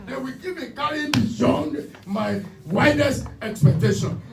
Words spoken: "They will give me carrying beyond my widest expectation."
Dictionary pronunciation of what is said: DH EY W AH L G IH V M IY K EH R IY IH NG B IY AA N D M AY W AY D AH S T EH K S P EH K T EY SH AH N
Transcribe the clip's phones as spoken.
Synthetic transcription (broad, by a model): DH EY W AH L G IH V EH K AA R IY B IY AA N D M AY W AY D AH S EH K S P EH K T EY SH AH N